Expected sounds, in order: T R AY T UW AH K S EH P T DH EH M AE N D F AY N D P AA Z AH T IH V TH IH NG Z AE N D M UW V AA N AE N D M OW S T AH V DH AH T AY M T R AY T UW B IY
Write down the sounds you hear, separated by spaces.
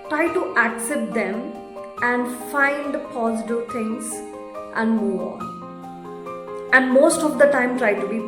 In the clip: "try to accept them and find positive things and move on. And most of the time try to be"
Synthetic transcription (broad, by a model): T R AY T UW AH K S EH P T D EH M AE N D F AY N D P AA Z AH T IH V T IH NG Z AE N D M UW AA N AE N D M OW S T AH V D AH T AY M T R AY T UW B IY